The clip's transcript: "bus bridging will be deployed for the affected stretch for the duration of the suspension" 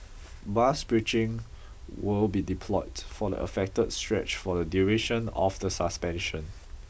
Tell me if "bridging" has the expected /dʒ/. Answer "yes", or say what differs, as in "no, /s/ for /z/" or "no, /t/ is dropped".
no, /tʃ/ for /dʒ/